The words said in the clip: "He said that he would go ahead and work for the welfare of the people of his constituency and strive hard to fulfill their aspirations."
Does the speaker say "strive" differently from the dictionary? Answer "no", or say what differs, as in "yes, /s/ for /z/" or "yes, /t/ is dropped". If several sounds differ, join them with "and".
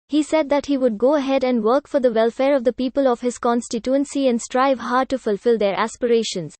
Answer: no